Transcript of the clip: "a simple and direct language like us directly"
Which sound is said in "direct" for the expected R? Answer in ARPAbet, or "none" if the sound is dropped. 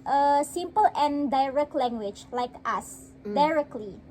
R